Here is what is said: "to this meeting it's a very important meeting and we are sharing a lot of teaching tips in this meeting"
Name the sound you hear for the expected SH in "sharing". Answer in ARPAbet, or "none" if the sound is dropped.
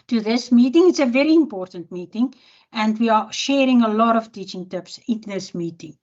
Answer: SH